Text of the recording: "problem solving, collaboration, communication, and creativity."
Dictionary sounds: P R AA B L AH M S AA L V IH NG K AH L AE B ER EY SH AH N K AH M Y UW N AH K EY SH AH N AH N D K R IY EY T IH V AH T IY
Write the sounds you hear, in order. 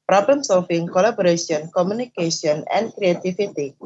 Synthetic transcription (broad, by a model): P R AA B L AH M S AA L F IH NG K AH L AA B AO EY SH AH N K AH M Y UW N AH K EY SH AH N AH N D K R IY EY T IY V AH T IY